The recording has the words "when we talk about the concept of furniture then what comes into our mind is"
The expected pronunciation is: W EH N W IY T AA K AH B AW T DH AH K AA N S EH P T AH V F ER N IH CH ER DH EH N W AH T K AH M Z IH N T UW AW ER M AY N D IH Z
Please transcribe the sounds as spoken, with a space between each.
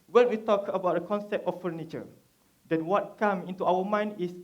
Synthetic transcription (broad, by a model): W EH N W IY T AA K AH B AW T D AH K AA N S EH P T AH F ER N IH CH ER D EH N W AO T K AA M IH N T UW AW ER M AY N D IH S